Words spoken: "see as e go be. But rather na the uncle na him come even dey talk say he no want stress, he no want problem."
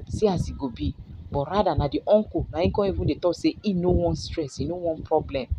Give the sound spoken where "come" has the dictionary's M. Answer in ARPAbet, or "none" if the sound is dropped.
none